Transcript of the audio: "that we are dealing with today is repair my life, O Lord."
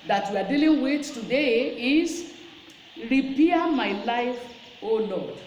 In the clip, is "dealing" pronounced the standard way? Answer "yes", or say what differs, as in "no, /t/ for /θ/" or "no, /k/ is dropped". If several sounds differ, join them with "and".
yes